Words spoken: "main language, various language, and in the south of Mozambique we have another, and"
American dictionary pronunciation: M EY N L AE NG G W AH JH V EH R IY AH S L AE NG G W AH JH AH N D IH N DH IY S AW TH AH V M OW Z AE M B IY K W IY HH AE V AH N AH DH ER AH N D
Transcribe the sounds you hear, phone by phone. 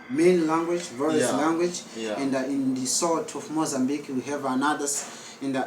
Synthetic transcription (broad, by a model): M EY N L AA NG G W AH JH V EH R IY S L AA NG G W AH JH AH N D IH N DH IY S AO T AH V M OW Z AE M B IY K W IY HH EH V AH N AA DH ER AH N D